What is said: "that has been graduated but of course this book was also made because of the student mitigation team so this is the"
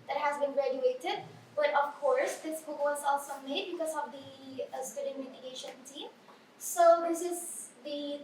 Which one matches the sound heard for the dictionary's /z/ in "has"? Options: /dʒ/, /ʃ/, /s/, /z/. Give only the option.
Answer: /z/